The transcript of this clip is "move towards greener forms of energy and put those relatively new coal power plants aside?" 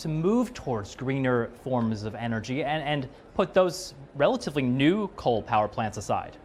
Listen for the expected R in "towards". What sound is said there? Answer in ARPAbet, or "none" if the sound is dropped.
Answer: R